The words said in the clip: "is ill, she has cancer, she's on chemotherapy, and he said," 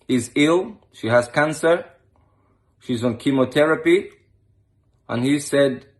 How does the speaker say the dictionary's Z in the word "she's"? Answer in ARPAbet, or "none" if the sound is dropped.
Z